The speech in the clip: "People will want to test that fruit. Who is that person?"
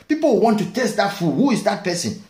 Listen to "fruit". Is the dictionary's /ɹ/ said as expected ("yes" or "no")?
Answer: no